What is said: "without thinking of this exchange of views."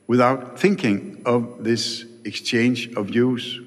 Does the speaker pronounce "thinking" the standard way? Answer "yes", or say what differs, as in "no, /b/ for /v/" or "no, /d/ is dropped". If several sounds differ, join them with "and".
yes